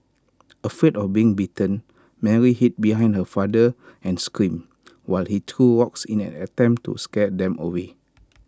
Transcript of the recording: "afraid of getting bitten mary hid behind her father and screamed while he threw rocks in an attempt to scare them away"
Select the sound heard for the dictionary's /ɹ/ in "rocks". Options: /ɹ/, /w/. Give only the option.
/w/